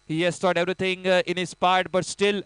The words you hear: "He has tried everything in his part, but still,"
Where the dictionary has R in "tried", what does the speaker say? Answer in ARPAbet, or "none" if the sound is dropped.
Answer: none